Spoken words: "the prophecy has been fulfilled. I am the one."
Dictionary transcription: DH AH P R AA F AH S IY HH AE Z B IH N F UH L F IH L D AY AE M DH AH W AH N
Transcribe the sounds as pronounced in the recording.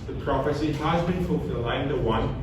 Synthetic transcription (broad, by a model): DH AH P R AA F AH S IY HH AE Z B IH N F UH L F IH L AY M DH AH W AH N